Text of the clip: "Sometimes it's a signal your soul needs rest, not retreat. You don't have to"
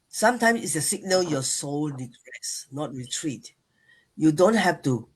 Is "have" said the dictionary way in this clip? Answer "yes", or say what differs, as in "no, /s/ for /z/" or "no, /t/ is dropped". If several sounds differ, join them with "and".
no, /f/ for /v/